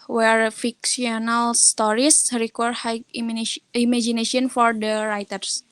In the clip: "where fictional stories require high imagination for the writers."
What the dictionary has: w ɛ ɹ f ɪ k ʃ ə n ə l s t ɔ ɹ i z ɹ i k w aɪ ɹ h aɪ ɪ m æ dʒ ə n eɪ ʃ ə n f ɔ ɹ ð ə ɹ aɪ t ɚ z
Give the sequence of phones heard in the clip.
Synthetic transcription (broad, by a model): w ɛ ɹ f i k s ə n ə l s t ɔ ɹ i s ɹ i k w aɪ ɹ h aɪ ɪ m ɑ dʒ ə n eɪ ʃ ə n f ɔ ɹ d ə ɹ aɪ t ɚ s